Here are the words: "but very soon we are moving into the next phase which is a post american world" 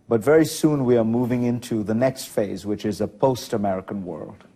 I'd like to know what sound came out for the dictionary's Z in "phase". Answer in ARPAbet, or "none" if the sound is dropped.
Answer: Z